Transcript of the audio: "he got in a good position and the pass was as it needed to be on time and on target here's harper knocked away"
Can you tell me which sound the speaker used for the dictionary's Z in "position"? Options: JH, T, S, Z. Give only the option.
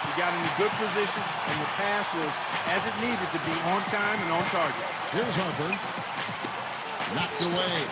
Z